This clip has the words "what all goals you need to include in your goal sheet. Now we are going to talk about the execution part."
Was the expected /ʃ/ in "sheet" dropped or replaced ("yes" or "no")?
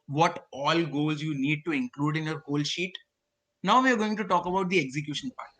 no